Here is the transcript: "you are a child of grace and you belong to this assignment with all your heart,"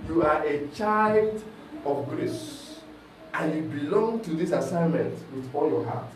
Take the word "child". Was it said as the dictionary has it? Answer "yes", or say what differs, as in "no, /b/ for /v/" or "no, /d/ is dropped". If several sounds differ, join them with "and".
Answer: yes